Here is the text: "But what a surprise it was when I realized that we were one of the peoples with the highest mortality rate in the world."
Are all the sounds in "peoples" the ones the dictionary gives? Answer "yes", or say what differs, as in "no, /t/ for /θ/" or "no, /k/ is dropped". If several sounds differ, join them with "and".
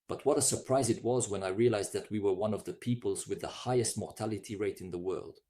yes